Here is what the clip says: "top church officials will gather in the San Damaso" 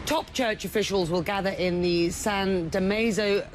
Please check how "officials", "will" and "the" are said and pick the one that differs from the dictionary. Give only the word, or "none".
none